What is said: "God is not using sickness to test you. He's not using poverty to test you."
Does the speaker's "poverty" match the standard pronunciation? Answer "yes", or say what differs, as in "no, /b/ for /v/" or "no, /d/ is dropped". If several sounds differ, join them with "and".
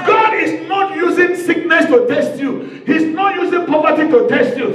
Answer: no, /p/ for /v/